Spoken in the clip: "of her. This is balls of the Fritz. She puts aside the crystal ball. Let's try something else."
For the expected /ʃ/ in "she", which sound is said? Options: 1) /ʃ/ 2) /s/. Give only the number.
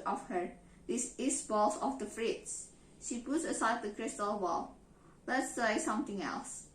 1